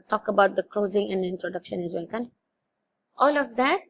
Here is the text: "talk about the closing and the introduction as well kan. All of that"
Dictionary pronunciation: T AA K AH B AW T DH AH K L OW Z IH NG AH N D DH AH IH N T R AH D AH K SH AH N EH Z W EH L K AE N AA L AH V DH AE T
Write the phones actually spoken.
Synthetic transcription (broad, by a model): T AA K AH B AW T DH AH K L OW Z IH NG AH N D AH IH N T R AH D AH K SH AH N EH Z W EH L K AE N AA L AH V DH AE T